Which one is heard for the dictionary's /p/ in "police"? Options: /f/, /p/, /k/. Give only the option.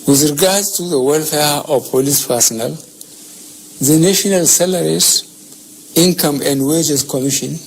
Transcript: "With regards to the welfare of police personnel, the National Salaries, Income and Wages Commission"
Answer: /p/